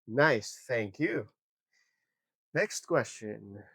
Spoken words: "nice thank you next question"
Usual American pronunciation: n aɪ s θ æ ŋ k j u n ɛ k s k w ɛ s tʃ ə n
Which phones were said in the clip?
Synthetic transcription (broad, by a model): n aɪ s θ æ ŋ k j u n ɛ k s k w ɛ s tʃ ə n